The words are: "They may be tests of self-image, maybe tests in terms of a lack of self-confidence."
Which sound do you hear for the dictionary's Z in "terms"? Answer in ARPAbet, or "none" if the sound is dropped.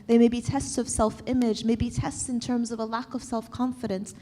Z